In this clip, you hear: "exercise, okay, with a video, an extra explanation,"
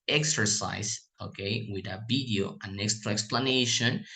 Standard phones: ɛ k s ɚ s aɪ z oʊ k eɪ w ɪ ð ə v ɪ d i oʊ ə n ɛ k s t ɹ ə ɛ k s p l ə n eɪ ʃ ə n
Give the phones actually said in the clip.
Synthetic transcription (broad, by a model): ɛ k s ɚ s aɪ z oʊ k eɪ w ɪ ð ə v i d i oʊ ə n ɛ k s t ɹ ə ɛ k s p l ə n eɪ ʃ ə n